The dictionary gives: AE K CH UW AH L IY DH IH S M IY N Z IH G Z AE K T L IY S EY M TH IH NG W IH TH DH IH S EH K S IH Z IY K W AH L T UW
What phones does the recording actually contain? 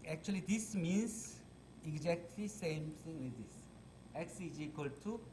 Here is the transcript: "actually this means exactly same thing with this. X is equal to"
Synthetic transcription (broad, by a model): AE K CH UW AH L IY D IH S M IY N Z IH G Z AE K T L IY S EY M T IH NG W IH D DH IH S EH K S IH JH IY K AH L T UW